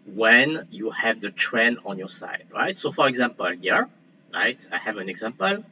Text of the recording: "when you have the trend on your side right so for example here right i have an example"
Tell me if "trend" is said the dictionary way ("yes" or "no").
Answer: no